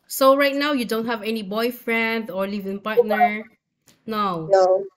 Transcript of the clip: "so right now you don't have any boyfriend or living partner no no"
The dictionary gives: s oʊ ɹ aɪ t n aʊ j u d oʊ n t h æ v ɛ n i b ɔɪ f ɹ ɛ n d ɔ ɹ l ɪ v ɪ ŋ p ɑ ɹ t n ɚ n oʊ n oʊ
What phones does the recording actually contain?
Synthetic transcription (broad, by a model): s oʊ ɹ aɪ t n aʊ j u d oʊ n t h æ v ɛ n i b ɔɪ f ɹ ɛ n d ɔ ɹ l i v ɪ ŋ p ɑ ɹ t n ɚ n oʊ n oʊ